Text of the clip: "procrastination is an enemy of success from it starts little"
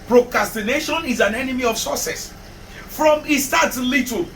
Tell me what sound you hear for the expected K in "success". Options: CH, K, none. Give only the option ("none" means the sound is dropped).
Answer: none